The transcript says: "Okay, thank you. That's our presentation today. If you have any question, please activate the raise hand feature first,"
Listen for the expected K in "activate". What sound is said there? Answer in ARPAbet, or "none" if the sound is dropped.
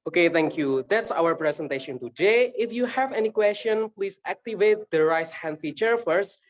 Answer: K